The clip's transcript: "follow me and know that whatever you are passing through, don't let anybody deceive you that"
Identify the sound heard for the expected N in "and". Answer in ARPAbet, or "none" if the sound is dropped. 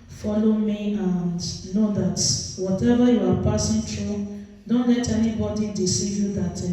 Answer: N